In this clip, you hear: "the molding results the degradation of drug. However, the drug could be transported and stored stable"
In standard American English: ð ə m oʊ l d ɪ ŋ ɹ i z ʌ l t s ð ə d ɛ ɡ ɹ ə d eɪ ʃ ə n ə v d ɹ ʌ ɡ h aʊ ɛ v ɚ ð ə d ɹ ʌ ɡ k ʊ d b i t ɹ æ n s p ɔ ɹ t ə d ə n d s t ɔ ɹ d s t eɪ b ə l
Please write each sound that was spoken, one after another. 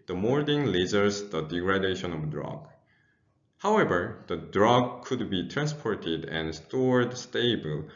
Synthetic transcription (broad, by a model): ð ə m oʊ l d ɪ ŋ l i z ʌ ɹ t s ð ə d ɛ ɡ ɹ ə d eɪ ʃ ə n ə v d ɹ ʌ ɡ h aʊ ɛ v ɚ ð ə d ɹ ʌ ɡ k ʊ d b i t ɹ æ n s p ɔ ɹ t ə d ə n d s t ɔ ɹ d s t eɪ b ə l